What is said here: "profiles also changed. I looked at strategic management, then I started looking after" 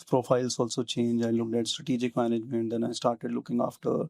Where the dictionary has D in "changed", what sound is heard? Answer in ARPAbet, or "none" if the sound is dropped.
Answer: none